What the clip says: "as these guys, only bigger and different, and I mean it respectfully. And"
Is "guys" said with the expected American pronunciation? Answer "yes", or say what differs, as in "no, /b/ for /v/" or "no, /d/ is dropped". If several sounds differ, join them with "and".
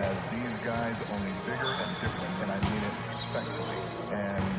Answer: yes